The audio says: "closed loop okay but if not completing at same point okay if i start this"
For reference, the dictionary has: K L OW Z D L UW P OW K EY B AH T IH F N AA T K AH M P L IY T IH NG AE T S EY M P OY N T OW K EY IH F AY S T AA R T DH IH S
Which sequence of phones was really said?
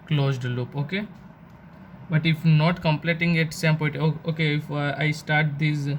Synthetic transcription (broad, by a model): K L OW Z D L UW P OW K EY B AH T IH F N AA T K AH M P L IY T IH NG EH T S EY M P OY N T OW K EY IH F AY S T AA R T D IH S